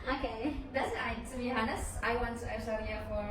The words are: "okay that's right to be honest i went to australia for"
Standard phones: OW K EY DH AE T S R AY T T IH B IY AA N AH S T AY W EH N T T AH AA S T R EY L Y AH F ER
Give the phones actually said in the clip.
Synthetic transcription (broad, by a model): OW K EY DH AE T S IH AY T T IH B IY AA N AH S AY W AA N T T AH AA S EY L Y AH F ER